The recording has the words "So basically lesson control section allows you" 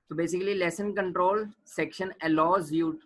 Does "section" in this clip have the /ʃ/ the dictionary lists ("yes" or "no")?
yes